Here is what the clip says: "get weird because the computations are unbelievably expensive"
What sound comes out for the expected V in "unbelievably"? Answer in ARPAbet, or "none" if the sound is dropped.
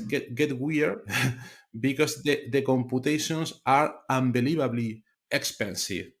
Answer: B